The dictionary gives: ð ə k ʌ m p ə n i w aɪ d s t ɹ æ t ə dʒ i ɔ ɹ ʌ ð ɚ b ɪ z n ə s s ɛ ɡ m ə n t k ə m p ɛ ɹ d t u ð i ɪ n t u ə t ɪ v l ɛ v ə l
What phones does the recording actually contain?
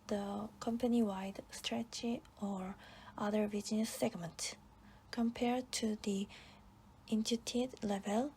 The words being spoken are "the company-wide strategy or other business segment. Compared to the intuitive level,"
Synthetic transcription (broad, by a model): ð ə k ʌ m p ə n i w aɪ d s t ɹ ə tʃ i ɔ ɹ ʌ ð ɚ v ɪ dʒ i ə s s ɛ ɡ m ə n t k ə m p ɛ ɹ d t u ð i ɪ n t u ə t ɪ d l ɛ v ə l